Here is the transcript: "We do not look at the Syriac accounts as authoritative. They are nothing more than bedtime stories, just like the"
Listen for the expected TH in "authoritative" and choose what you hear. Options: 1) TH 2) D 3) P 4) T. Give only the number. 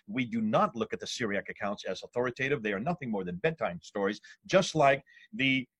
1